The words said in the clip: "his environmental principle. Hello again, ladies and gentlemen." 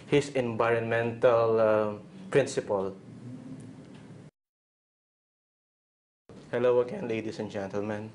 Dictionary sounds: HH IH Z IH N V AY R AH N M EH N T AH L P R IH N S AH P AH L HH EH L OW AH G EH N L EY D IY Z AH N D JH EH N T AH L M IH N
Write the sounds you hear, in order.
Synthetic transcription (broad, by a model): HH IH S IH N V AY R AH N M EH N T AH L P R IH N S AH P AH L HH EH L OW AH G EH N L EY D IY S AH N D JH EH N T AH L M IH N